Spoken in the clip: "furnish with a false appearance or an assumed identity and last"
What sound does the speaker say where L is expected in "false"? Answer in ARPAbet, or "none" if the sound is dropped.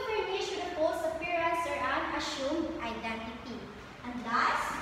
none